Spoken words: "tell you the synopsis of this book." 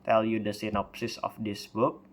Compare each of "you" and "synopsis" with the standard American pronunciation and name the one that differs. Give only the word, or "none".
none